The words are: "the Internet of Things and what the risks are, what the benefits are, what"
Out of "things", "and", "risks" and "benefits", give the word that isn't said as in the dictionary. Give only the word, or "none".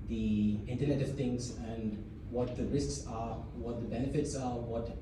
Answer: things